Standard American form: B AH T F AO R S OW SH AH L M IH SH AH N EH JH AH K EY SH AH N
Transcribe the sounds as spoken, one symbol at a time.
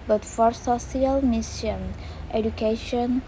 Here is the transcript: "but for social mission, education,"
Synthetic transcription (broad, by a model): B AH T F AO R S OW S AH L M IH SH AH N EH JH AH K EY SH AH N